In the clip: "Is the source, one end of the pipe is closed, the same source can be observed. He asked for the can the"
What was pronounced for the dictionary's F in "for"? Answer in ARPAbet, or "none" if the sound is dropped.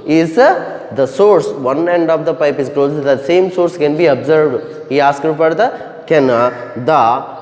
P